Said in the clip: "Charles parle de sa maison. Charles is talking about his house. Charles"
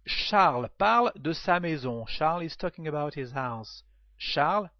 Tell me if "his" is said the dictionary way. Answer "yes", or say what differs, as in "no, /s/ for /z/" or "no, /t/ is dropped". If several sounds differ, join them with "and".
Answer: yes